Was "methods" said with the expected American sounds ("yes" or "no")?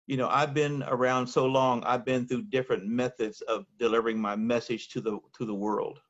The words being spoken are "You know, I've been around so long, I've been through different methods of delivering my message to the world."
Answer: yes